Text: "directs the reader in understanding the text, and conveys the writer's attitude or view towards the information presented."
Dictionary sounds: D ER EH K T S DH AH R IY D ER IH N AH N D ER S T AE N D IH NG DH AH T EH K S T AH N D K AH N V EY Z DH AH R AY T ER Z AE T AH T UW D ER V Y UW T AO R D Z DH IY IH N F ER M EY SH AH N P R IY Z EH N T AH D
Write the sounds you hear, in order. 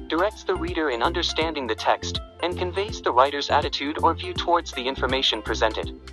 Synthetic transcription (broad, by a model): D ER EH K T S DH AH R IY D ER IH N AH N D ER S T AE N D IH NG DH AH T EH K S T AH N K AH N V EY Z DH AH R AY T ER Z AE T AH T UW D ER V Y UW T AO R D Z DH IY IH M F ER M EY SH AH N P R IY Z EH N T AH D